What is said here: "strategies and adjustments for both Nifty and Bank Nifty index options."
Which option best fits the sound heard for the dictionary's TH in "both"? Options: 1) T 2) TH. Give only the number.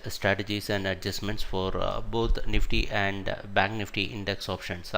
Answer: 1